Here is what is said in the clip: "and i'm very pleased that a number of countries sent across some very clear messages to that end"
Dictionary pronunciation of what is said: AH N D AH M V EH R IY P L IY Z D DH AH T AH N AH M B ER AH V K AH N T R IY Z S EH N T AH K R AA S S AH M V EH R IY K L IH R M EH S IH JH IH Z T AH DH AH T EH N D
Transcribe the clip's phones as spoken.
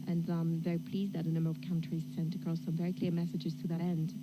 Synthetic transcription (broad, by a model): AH N AH M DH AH IY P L IY Z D DH AH T AH N AH M B ER AH V K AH N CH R IY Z S EH N T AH K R AA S S AH M V EH R IY K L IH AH M EH S IH JH IH Z T AH DH AH T EH N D